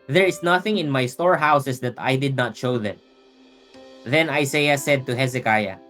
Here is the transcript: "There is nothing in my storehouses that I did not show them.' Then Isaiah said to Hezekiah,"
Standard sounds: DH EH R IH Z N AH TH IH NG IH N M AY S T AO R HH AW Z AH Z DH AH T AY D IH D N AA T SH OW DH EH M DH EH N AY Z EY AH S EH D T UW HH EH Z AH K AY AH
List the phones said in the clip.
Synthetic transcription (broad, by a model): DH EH R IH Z N AH TH IH NG IH N M AY S T AO R HH AW S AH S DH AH T AY D IH D N AA T SH OW DH EH M DH EH N AY S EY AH S EH D T UW HH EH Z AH K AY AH